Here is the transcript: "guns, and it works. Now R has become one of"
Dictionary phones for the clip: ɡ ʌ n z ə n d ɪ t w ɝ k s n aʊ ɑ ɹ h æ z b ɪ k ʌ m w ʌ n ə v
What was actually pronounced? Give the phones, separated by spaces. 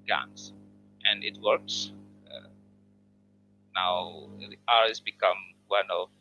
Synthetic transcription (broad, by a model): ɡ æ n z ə n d ɪ t w ɝ k s n aʊ ɑ ɹ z b ɪ k ʌ m w ʌ n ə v